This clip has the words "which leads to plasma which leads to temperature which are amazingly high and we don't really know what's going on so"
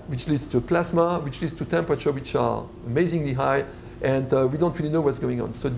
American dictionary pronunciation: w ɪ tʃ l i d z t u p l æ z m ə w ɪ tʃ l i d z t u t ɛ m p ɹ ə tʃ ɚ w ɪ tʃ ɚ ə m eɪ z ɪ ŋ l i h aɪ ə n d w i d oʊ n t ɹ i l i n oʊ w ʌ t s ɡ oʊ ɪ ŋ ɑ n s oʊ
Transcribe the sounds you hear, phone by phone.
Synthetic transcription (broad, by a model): w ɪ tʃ l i d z t u p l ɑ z m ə w ɪ tʃ l i d z t u t ɛ m p ɹ ə tʃ ɚ w ɪ tʃ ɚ ə m eɪ z ɪ ŋ l i h aɪ ə n d w i d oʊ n t ɹ i l i n oʊ w ʌ t s ɡ oʊ ɪ ŋ ɑ n s oʊ